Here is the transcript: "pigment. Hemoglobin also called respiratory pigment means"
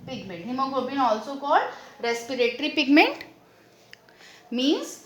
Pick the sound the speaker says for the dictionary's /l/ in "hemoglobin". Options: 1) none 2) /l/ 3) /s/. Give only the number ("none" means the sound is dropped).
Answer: 1